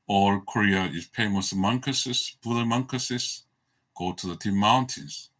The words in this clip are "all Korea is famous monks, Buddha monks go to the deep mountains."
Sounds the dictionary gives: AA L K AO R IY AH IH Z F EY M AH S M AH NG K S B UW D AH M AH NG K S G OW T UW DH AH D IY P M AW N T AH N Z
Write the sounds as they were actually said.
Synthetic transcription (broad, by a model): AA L K AO R IY AH IH Z P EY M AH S M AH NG K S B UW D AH M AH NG K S G OW T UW DH AH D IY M M AW N T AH N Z